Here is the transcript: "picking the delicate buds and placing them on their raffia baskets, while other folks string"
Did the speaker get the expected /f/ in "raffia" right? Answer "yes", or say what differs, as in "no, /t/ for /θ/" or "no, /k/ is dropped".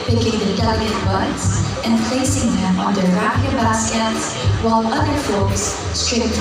no, /p/ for /f/